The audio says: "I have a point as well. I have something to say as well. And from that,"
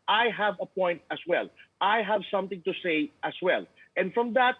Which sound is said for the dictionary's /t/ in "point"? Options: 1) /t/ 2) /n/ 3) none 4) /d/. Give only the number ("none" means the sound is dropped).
1